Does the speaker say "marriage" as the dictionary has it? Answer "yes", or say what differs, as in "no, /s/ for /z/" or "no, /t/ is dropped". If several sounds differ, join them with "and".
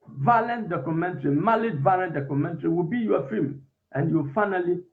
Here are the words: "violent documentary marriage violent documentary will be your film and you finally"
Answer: no, /l/ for /ɹ/